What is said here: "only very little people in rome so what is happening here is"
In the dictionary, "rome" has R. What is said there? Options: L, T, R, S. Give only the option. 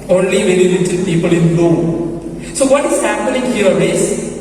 L